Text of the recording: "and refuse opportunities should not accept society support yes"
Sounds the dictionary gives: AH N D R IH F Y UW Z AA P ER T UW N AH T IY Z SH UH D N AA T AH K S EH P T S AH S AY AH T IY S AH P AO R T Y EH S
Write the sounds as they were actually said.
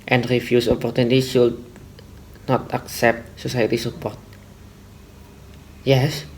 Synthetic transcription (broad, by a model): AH N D R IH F Y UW S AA P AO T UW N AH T IY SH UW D N AA T AH K S EH P T S AH S AY AH T IY S AH P AO R T Y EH S